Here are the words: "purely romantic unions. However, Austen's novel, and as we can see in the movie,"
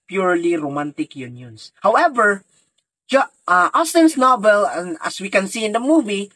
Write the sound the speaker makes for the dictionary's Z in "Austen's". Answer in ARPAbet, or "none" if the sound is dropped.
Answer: S